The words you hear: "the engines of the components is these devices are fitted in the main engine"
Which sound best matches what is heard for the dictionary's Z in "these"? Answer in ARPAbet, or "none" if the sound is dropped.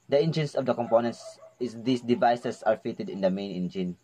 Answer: S